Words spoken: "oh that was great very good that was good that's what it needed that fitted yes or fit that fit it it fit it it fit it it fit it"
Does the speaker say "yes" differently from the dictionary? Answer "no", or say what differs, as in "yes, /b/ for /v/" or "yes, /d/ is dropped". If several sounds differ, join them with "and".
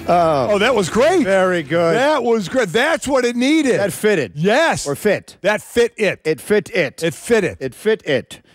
no